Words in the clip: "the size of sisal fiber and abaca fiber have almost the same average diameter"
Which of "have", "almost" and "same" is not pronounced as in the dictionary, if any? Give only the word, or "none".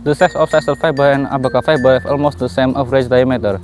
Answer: have